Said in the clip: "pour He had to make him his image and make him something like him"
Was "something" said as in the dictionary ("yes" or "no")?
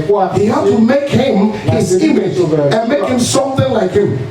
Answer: yes